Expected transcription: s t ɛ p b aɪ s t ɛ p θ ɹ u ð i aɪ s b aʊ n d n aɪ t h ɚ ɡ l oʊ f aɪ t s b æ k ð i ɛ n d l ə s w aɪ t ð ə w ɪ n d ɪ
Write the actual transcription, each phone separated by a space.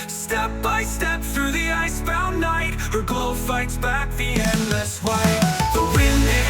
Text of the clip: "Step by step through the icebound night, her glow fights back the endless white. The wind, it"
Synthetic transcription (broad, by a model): s t ɛ p b aɪ s t ɛ p θ ɹ u ð i aɪ s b aʊ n n aɪ t h ɚ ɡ oʊ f aɪ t s b æ k ð i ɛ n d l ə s w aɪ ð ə w ɪ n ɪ